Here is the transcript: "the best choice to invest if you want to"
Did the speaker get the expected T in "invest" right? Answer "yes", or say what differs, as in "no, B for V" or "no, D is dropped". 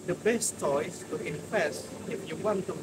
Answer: no, T is dropped